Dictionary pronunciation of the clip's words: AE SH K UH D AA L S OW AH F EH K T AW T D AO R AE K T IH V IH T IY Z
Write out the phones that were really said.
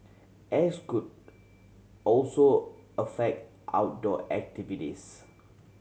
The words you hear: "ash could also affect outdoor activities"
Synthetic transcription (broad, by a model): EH S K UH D AA L S OW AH F EH K T AW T D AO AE K T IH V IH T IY S